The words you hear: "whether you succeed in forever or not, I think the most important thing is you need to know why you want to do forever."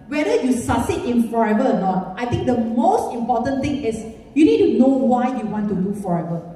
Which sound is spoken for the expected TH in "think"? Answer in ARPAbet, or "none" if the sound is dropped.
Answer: T